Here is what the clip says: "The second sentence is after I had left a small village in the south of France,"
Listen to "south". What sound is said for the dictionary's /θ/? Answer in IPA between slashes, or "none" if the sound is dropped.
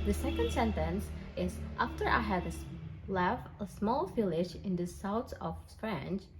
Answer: /s/